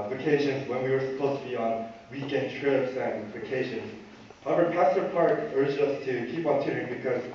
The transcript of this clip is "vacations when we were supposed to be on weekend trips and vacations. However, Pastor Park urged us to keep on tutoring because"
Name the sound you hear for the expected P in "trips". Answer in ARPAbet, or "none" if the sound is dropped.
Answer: none